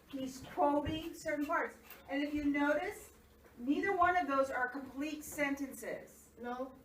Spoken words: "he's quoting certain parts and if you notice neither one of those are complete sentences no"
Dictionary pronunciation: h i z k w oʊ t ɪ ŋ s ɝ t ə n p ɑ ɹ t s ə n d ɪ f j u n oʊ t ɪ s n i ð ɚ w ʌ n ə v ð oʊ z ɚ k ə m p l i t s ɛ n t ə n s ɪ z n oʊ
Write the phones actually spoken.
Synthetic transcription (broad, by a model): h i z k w oʊ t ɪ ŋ s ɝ t n p ɑ ɹ t s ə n ɪ f j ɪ n oʊ t ɪ s n i ð ɚ w ʌ n ə v ð oʊ z ɚ k ə m p l i t s ɛ n t ə n s ɪ z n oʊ